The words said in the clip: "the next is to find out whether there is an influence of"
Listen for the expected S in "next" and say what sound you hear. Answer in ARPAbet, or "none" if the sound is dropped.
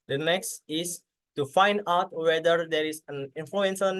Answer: S